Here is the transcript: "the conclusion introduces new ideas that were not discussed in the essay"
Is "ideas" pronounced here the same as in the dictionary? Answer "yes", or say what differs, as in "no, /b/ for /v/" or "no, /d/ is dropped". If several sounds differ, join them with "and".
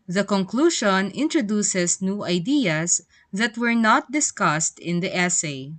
no, /s/ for /z/